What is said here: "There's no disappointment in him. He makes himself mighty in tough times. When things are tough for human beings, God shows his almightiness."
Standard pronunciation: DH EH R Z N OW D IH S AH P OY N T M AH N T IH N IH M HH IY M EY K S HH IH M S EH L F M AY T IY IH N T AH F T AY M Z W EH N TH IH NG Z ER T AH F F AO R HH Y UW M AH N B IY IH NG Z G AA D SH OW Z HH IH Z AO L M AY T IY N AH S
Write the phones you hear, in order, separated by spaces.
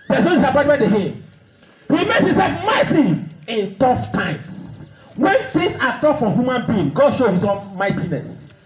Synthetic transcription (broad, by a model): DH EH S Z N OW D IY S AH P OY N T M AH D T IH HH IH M HH IY M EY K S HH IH S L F M AY T IY IH N T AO F T AY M S W EH N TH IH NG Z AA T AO F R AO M HH Y UW M AH N B IY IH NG G AA D SH OW HH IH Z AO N M AY T IY N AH S